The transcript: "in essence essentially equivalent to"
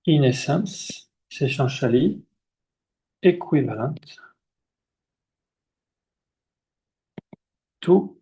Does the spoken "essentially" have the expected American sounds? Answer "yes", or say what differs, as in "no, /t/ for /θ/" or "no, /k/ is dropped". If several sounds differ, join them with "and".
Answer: no, /ʃ/ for /s/ and /n/ is dropped